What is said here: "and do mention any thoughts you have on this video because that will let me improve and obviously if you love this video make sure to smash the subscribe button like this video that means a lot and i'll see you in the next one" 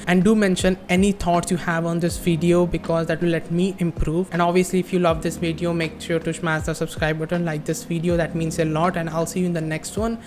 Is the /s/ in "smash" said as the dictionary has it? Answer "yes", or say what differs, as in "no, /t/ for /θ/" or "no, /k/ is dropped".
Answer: no, /ʃ/ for /s/